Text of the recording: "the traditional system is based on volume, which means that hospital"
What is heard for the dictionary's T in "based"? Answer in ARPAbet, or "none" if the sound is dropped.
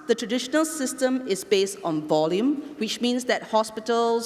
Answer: T